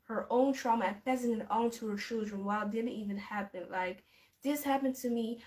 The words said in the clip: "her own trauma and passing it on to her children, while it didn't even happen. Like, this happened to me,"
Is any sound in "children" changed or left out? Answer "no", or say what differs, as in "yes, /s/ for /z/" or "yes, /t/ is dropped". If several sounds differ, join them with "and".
no